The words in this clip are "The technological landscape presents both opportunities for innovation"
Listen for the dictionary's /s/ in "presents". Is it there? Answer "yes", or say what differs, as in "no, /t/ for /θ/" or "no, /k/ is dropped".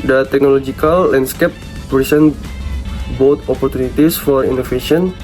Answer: no, /s/ is dropped